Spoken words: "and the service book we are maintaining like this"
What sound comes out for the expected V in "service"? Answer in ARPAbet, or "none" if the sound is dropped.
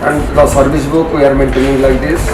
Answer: B